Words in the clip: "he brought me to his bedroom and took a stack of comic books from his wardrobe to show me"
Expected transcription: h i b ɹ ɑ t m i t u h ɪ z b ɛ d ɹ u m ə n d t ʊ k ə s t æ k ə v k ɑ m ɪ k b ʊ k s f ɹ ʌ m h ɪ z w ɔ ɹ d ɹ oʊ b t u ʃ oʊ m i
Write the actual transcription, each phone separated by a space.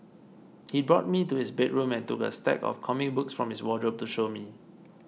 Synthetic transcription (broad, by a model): h i b ɹ ɑ t m i t u h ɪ s b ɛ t ɹ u m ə n t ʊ k ə s t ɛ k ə f k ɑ m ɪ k b ʊ k s f ɹ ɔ m h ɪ s w ɔ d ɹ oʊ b t u ʃ oʊ m i